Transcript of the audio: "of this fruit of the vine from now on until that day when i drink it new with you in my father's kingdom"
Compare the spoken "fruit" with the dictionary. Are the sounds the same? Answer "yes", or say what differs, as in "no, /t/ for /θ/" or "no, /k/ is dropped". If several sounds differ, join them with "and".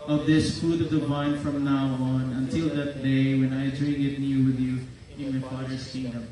no, /ɹ/ is dropped